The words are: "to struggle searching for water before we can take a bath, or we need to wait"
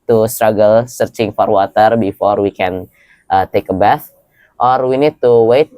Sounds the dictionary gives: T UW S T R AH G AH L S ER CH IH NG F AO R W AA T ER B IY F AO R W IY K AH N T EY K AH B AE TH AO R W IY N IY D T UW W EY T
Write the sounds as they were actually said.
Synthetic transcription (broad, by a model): T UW S T R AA G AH L S ER CH IH NG F AO R W AA T ER B IY F AO R W IY K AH N T EY K AH B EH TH AO R W IY N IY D T UW W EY T